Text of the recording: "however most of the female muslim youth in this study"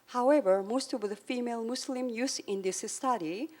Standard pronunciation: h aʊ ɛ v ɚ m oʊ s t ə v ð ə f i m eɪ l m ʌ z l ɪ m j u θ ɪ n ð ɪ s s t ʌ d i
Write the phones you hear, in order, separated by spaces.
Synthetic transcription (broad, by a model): h aʊ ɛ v ɚ m oʊ s t ə v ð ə f i m eɪ l m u s l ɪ m j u s ɪ n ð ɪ s s t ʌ d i